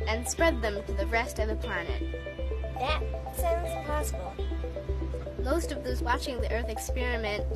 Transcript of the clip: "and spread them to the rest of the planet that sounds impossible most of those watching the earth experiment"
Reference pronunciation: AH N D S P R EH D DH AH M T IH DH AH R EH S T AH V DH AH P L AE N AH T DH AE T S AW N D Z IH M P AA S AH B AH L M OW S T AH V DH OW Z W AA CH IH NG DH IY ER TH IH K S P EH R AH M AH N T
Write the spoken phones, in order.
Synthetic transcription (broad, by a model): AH N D S P R EH D DH AH M T IH DH AH R EH S T AH V DH AH P L AE N AH T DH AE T S AW N D Z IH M P AA S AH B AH L M OW S T AH V DH OW Z W AA CH IH NG DH IY ER TH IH K S P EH R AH M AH N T